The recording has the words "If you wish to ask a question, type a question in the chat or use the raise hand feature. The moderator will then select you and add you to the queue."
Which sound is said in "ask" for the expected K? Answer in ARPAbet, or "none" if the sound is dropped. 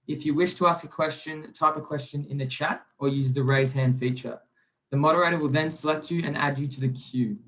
K